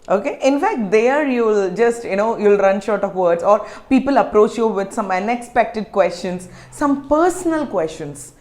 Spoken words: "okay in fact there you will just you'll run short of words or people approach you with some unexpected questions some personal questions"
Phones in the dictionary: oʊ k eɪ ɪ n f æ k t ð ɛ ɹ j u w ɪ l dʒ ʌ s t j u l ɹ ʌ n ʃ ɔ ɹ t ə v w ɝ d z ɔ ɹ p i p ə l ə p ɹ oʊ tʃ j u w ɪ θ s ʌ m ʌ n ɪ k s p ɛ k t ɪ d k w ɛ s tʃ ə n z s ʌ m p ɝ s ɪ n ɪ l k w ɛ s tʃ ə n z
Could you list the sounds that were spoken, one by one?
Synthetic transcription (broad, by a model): oʊ k eɪ ɪ n f æ k t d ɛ ɹ j u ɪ l dʒ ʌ s t j u l ɹ ʌ n ʃ ɔ ɹ t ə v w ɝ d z ɔ ɹ p i p ə l ə p ɹ oʊ tʃ j u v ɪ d s ʌ m ʌ n ɪ k s p ɛ k t ɪ d k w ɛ s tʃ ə n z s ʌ m p ɝ s ɪ n ɪ l k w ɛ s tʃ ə n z